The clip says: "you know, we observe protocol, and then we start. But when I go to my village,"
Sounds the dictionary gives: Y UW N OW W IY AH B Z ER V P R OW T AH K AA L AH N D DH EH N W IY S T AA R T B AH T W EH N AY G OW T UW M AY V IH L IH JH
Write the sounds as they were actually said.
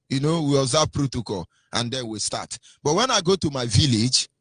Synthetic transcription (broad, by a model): Y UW N OW W IY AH Z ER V P R OW T AH K AA L AH N D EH N W IY S T AA T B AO T W EH N AY G OW T UW M AY V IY L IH JH